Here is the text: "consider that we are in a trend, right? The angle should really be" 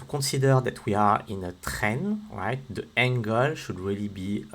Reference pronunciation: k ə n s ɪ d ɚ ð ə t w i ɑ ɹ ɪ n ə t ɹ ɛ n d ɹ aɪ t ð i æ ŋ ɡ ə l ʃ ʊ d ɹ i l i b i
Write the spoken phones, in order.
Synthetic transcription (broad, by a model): k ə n s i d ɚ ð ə t w i ɑ ɹ ɪ n ə t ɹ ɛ n ɹ aɪ t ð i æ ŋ ɡ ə l ʃ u d ɹ i l i b i